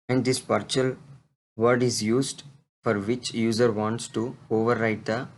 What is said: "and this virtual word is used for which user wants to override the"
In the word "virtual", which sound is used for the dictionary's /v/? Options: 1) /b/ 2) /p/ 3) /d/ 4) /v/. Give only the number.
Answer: 2